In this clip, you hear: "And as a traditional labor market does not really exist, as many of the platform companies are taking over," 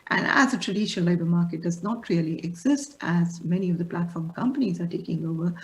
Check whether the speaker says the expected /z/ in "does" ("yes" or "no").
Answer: yes